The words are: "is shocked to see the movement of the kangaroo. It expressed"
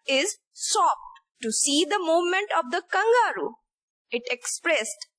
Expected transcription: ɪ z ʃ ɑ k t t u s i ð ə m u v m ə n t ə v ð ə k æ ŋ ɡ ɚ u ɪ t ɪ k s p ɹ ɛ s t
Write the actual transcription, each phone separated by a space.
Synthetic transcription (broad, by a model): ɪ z s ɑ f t t u s i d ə m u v m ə n t ə v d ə k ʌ ŋ ɡ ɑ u ɪ t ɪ k s p ɹ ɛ s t